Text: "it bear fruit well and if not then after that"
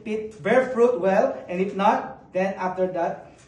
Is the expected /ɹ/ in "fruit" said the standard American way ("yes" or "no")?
yes